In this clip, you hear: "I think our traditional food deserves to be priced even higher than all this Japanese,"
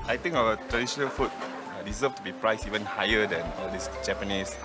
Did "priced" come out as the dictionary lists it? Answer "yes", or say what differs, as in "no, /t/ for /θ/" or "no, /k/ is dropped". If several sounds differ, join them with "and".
no, /t/ is dropped